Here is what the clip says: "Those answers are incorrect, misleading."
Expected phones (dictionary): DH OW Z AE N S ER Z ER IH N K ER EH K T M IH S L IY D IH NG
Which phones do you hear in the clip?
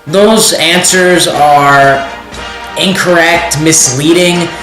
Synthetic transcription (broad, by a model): DH OW Z AE N S ER Z ER IH N K ER EH K T M IH S L IY D IH NG